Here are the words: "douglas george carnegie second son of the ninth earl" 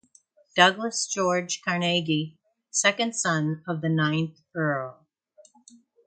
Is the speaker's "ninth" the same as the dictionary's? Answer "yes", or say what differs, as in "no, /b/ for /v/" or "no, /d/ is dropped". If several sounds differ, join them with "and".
yes